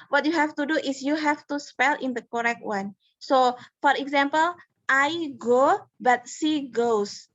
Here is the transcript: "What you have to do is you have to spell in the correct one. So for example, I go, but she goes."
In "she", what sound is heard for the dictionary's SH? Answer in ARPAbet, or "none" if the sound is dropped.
S